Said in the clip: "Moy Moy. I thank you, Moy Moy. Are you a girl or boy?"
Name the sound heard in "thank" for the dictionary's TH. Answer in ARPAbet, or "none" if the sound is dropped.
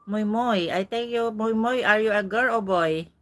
T